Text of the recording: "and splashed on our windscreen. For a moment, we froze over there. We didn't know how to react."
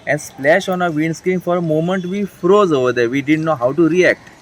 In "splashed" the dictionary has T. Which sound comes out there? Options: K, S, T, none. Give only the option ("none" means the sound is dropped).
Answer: none